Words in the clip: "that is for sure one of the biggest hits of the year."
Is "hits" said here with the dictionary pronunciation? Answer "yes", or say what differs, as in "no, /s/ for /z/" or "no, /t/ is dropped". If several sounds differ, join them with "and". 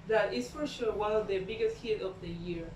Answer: no, /s/ is dropped